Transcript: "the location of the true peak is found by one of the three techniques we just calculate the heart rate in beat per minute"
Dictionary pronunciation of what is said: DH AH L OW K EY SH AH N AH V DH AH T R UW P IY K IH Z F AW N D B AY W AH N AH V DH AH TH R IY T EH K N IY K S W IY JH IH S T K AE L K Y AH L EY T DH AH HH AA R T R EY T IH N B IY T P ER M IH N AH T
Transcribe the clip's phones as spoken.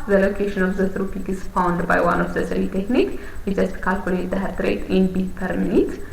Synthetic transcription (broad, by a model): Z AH L OW K EY SH AH N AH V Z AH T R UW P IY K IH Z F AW N D B AY W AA N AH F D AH S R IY T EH K N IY K W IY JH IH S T K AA L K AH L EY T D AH HH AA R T R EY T IH N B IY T P ER M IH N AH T